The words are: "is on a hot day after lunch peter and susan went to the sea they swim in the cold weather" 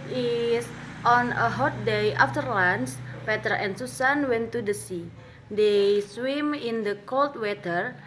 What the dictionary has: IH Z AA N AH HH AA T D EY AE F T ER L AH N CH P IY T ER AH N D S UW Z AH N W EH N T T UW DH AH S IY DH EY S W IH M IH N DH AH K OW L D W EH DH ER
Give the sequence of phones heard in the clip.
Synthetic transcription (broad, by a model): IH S AA N AH HH AA T D EY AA F T ER L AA N S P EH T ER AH N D S UW S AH N W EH N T T UW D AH S IY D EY S W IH M IH N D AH K OW L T W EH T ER